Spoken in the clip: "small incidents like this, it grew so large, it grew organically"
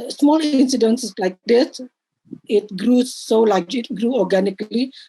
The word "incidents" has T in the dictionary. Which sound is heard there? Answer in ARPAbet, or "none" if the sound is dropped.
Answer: S